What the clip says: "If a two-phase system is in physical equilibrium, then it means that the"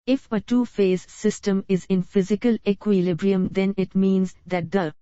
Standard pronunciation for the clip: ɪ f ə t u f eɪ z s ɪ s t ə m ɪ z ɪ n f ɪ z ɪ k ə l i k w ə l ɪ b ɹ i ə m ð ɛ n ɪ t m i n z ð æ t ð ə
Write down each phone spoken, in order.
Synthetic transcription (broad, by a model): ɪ f ə t u f eɪ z s ɪ s t ə m ɪ z ɪ n f ɪ z ɪ k ə l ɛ k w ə l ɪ b ɹ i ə m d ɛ n ɪ t m i n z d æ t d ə